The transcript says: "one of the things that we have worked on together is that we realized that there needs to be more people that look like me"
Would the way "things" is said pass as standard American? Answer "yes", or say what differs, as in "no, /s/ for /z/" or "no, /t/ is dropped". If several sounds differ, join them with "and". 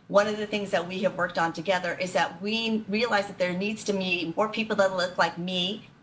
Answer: yes